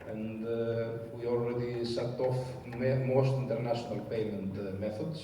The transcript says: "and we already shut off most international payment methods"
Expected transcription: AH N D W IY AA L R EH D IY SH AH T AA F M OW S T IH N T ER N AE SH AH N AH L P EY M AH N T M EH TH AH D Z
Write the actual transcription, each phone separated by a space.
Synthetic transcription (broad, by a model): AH N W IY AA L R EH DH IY S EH T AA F M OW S T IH N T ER N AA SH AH N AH L P EY M AH N T M EH TH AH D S